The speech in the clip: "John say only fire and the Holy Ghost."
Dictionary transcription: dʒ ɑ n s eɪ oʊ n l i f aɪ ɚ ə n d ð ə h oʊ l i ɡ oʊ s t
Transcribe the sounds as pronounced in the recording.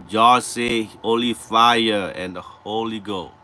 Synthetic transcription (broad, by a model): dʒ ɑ s eɪ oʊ l i f aɪ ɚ ə n d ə h oʊ l i ɡ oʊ